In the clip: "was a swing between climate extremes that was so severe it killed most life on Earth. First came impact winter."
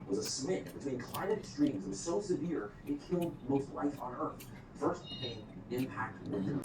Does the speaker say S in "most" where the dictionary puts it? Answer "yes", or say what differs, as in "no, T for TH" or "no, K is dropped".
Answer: no, TH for S